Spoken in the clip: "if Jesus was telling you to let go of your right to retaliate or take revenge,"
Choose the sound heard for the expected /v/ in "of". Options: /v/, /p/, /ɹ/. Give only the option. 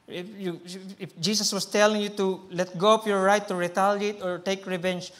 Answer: /p/